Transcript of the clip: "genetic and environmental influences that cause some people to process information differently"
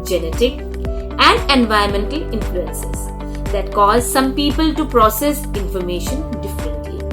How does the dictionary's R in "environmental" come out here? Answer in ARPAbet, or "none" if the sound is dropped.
none